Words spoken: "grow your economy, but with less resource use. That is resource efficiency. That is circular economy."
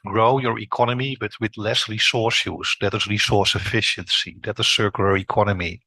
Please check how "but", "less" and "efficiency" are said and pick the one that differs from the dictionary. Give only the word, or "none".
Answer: none